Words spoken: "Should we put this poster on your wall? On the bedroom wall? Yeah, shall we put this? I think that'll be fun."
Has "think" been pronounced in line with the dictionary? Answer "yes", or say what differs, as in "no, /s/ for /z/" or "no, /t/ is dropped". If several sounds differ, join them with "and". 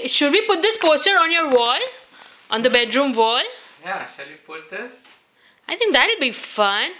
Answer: no, /t/ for /θ/